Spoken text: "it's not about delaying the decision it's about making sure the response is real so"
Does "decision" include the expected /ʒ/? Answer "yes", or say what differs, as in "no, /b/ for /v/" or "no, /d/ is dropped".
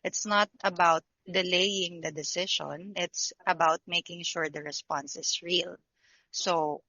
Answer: no, /ʃ/ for /ʒ/